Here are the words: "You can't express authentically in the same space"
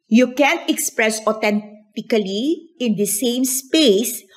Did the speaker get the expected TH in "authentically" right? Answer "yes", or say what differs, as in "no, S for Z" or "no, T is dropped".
no, T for TH